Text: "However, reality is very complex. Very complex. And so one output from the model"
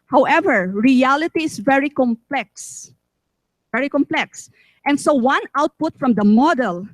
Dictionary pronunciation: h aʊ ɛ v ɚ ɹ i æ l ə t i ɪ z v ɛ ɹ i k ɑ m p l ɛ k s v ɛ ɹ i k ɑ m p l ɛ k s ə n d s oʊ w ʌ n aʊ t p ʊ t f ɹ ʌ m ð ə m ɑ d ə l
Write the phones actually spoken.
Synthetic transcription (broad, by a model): h aʊ ɛ v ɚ ɹ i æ l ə t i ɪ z v ɛ ɹ i k ɑ m p l ɛ k s v ɛ ɹ i k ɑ m p l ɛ k s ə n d s oʊ w ʌ n aʊ t p ʊ t f ɹ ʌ m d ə m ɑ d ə l